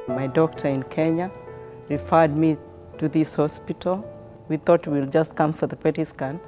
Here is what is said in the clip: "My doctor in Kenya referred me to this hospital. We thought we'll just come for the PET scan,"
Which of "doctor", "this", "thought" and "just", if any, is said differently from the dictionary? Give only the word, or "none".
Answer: none